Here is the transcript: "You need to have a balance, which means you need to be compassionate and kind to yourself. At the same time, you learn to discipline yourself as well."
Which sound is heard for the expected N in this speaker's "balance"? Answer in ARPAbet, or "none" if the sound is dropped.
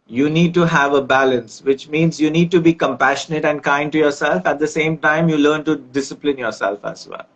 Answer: N